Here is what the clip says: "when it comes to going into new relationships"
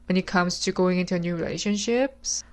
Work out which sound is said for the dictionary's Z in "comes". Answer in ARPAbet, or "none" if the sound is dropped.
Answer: S